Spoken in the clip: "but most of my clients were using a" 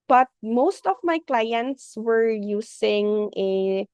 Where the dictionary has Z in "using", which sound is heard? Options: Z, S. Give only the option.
S